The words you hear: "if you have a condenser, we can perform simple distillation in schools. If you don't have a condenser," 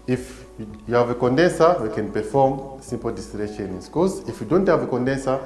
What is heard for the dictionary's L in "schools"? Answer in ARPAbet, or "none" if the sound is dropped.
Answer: none